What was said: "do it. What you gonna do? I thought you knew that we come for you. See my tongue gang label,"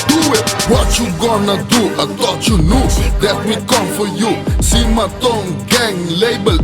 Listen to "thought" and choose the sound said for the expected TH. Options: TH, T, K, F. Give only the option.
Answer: T